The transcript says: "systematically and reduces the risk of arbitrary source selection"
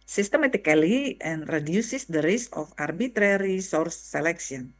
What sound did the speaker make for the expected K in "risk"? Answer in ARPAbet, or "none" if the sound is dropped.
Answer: none